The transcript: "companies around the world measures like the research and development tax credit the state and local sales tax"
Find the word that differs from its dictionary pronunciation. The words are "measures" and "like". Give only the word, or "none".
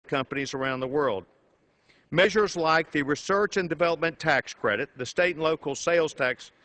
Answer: none